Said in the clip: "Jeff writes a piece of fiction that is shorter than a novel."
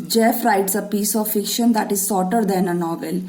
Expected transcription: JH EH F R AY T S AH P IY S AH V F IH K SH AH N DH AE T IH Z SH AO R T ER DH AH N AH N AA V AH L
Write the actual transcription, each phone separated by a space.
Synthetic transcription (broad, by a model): JH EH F R AY T S AH P IY S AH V F IH K SH AH N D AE T IH Z S AO R T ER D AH N AH N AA V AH L